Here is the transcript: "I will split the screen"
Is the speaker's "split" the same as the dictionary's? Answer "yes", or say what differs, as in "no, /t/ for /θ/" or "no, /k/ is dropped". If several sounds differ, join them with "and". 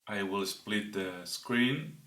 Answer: yes